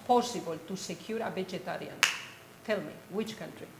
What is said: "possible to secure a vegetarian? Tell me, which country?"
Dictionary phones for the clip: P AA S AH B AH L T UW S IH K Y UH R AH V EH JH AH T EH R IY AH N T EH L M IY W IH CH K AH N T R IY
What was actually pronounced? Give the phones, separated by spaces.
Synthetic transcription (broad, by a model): P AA S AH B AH L T UW S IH K Y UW R AH B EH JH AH T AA R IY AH N T EH L M IY W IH CH K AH N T R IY